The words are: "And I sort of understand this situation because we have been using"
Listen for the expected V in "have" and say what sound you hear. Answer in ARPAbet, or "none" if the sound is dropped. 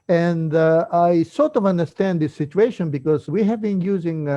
V